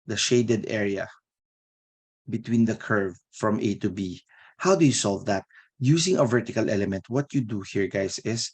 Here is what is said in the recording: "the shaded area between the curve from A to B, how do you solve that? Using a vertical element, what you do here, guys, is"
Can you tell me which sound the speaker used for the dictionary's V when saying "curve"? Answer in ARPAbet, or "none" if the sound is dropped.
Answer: V